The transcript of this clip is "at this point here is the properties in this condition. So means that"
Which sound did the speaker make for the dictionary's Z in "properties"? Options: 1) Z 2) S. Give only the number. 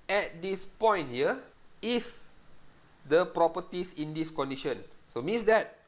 2